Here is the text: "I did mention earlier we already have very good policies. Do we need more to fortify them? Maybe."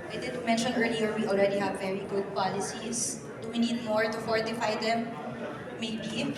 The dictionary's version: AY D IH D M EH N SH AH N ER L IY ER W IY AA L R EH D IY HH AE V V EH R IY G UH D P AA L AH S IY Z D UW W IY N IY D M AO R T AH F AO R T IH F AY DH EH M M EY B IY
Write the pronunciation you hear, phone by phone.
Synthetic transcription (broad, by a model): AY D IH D M EH N SH AH N ER L IY ER W IY AA L R EH D IY HH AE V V EH R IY G UH D P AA L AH S IY S D UW W IY N IY D M AO R T AH F AO R T IH F AY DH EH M M EY B IY